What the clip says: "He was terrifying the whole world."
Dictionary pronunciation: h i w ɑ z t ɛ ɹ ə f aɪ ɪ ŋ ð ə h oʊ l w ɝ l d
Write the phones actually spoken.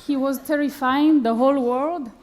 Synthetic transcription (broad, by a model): h i w ɑ z t ɛ ɹ ə f aɪ ɪ ŋ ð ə h oʊ l w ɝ l d